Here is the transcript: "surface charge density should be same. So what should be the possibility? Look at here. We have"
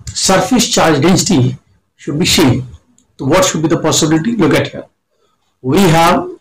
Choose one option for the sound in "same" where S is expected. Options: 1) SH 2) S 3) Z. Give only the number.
1